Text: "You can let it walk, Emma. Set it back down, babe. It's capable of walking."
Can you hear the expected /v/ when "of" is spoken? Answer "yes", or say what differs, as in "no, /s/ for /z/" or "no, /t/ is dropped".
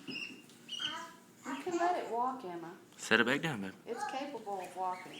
yes